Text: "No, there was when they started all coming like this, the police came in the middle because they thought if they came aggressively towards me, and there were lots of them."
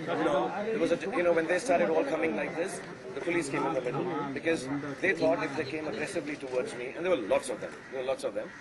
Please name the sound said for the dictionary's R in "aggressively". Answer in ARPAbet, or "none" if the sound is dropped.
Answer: R